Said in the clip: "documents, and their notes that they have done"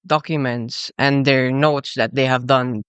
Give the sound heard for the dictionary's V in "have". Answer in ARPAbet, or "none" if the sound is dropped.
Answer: V